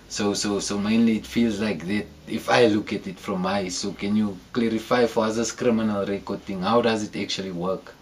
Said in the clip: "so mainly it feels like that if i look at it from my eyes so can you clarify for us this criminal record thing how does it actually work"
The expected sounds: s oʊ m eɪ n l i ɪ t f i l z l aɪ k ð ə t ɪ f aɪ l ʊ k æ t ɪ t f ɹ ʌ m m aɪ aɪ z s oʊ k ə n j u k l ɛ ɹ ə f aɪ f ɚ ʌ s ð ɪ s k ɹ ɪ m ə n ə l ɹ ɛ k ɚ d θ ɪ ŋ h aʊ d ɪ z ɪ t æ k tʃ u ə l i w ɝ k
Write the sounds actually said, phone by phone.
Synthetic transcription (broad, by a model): s oʊ m eɪ n l i t f i l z l aɪ k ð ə t ɪ f aɪ l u k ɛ t ɪ t f ɹ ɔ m m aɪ aɪ s oʊ k ə n j u k l ɛ ɹ ə f aɪ f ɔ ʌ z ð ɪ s k ɹ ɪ m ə n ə l ɹ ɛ k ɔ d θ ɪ ŋ h aʊ d ɪ z ɪ t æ k tʃ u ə l i w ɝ k